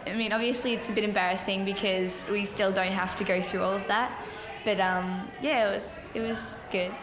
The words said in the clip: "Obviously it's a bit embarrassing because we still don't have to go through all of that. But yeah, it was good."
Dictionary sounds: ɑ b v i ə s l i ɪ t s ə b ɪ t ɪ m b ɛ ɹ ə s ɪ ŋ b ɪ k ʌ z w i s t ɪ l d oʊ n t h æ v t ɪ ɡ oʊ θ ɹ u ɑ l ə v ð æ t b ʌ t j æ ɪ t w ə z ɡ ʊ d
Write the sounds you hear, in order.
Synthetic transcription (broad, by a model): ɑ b v i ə s l i ɪ t s ə b ɪ t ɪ m b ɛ ɹ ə s ɪ ŋ b ɪ k ʌ z w i s t ɪ l d oʊ n t h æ f t ɪ ɡ oʊ θ ɹ u ɑ l ə v ð æ t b ʌ t j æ ɪ t w ə z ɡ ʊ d